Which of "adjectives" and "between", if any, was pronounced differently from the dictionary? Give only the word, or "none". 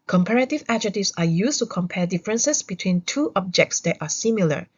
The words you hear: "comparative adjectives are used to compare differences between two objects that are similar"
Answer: adjectives